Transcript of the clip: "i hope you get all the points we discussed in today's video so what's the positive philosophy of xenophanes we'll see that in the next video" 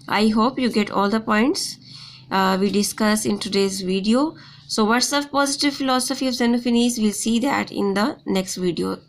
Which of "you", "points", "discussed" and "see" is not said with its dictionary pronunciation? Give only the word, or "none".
discussed